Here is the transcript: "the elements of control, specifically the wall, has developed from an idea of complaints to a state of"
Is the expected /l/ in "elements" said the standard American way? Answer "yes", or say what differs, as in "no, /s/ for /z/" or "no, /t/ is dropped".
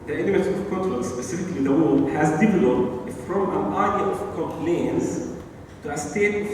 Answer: no, /n/ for /l/